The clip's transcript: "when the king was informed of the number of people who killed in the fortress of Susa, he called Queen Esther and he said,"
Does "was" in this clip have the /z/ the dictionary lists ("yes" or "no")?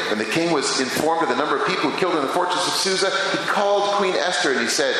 yes